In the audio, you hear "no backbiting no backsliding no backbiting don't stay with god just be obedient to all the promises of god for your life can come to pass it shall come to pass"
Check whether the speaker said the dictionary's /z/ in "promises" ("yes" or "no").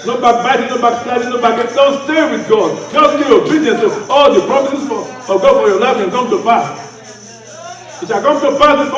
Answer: no